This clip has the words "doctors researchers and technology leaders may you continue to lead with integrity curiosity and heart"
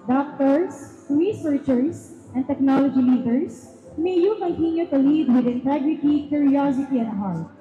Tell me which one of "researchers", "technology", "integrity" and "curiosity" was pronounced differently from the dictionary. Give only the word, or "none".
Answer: researchers